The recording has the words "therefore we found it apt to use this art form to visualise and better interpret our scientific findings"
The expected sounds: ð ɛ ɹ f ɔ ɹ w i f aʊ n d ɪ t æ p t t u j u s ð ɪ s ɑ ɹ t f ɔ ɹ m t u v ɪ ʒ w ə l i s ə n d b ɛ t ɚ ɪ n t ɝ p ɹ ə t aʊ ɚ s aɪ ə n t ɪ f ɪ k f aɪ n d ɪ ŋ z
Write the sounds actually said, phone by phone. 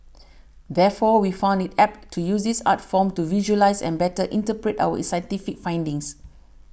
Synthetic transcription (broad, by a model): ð ɛ f ɔ w i f aʊ n d ɪ t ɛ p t t u j u s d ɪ s ɑ t f ɔ m t u v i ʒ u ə l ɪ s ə n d b ɛ t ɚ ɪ n t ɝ p ɹ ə t aʊ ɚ s aɪ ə n t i f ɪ k f aɪ n d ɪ ŋ s